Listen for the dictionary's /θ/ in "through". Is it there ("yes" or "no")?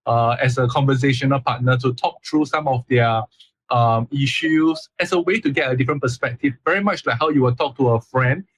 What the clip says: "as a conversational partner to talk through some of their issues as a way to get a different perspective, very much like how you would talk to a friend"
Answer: no